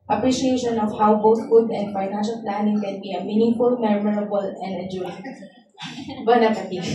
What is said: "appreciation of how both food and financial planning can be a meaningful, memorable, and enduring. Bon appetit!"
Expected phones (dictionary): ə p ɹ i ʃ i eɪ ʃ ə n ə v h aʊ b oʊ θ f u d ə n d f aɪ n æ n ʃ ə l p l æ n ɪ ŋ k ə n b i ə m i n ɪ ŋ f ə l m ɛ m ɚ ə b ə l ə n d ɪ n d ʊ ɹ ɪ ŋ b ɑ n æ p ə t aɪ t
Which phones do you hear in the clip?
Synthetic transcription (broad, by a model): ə p ɹ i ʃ i eɪ ʃ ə n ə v h aʊ b oʊ t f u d ə n d f aɪ n æ n ʃ ə l p l æ n ɪ ŋ k ə n b i ə m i n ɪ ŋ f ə l m ɛ m ɚ ə b ə l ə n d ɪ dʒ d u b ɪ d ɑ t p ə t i